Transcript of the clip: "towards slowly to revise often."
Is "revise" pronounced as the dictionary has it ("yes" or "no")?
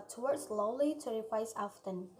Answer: no